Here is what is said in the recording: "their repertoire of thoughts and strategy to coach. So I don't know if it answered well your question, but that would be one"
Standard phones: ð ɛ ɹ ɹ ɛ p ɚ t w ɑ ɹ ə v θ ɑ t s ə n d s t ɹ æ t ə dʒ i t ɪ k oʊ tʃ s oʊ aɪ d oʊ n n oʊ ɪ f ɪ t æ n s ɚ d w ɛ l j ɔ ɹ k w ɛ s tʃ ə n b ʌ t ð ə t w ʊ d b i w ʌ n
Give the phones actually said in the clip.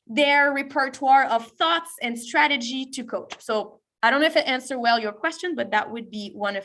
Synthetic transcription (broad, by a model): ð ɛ ɹ ɹ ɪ p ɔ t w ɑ ɹ ə v θ ɑ t s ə n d s t ɹ æ t ə dʒ i t ɪ k oʊ tʃ s oʊ aɪ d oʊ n n oʊ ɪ f ɪ t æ n s ɚ w ɛ l j ɔ ɹ k w ɛ s tʃ ə n b ʌ t ð ə t w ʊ d b i w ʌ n